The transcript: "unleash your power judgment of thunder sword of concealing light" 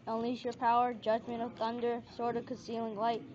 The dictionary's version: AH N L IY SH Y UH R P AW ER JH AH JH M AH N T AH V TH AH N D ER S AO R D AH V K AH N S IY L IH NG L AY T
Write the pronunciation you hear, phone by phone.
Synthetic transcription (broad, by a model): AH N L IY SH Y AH R P AW ER JH AH JH M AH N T AH V TH AH N D ER S AO R D AH V K AH N S IY L IH NG L AY T